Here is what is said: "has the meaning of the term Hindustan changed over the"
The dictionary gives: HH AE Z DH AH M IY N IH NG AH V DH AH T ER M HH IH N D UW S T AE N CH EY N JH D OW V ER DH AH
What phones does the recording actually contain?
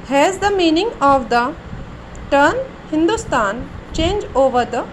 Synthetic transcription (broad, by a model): HH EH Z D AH M IY N IH NG AH V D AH T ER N HH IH N D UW S T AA N CH EY N JH OW V ER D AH